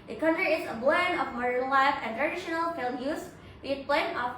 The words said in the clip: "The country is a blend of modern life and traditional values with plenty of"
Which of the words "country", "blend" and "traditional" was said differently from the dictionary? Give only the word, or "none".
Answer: blend